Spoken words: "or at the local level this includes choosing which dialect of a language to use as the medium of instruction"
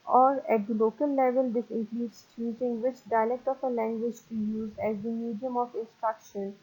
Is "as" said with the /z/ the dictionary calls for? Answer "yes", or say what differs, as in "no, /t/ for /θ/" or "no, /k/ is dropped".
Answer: yes